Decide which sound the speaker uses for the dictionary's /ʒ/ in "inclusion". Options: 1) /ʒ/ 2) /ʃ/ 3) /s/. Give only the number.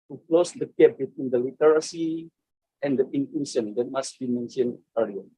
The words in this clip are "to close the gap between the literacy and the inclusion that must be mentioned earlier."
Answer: 2